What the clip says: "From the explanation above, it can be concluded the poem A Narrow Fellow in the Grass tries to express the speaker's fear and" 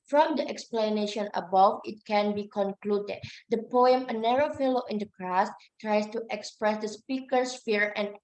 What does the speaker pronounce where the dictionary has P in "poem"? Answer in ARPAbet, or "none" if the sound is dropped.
P